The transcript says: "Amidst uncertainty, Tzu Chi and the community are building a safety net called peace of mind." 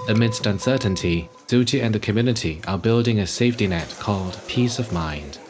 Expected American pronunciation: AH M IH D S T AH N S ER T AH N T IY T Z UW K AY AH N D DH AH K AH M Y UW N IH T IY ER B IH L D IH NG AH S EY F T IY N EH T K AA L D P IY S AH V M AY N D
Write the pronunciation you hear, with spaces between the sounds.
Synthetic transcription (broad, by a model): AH M IH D S T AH N S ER T N T IY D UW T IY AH N DH AH K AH M Y UW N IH T IY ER B IH L D IH NG AH S EY F T IY N EH T K AA L D P IY S AH V M AY N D